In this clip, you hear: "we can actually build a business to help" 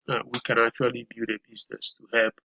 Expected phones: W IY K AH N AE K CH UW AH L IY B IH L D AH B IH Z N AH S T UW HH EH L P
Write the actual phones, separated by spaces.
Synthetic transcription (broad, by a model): W IY K AH N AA K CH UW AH L IY B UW D AH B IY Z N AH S T UW HH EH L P